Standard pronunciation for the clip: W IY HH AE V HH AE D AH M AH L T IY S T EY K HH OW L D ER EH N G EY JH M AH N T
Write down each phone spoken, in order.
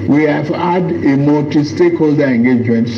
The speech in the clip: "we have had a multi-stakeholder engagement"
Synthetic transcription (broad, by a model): W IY HH AE V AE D AH M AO T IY S T EY K HH OW L D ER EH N G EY JH M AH N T